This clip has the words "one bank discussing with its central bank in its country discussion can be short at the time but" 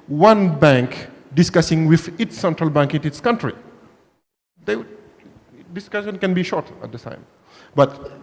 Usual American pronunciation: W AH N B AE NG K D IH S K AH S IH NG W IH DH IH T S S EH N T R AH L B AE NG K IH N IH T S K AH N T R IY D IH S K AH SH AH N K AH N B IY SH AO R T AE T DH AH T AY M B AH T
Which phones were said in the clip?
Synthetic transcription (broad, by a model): W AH N B AE NG K D IH S K AH S IH NG W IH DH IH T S S EH N T R AH L B AE NG K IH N IH T S K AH N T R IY D IH S K AH SH AH N K AH N B IY SH AO R T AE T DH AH T AY M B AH T